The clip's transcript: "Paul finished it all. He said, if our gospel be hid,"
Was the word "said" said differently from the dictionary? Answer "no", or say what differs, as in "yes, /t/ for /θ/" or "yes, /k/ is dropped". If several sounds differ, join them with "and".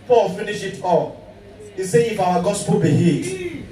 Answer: yes, /d/ is dropped